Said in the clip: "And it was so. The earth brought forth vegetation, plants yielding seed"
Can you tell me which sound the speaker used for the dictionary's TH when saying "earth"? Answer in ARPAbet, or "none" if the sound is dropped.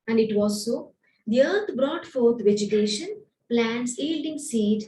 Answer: T